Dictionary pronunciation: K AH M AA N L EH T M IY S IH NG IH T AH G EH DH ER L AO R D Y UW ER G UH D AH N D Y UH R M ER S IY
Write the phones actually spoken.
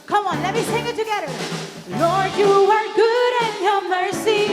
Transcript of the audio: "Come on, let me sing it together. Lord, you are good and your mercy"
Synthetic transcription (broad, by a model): K AH M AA N L EH T M IY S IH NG IH T AH G EH DH ER N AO R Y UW ER G UH D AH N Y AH M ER S IY